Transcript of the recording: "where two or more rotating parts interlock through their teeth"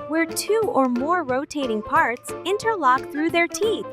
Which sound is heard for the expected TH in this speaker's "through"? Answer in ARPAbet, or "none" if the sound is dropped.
TH